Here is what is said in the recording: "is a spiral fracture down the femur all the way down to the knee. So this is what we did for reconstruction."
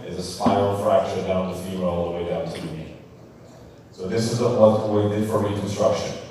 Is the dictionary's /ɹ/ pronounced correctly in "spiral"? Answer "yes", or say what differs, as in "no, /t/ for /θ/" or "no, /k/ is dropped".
no, /ɹ/ is dropped